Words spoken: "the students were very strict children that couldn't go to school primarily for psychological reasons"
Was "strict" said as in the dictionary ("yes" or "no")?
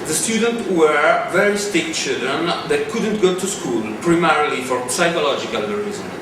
no